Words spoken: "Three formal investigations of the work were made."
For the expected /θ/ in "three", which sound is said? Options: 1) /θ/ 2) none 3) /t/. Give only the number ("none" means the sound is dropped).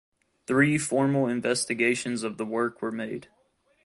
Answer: 1